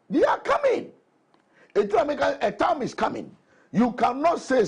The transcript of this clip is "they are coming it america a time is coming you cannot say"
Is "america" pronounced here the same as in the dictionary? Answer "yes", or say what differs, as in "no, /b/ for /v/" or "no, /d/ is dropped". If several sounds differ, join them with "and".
no, /m/ is dropped